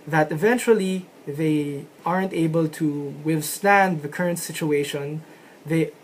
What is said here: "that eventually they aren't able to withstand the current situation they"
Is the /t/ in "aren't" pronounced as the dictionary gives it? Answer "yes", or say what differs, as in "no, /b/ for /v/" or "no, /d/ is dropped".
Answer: yes